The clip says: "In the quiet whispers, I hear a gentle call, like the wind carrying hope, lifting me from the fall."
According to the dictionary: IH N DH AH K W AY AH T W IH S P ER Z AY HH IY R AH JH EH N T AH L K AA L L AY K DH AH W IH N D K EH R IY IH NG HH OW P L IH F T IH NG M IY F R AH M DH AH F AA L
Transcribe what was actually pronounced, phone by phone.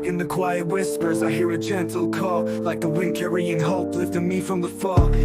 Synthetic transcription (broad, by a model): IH N DH AH K W AY AH T W IH S P ER Z AY HH IY R AH CH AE N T L K AA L L AY K DH AH W IH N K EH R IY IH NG HH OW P L IH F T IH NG M IY F R AH M DH AH F AA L